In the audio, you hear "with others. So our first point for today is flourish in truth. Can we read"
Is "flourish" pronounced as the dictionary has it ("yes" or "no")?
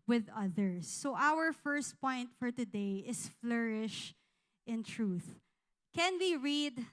yes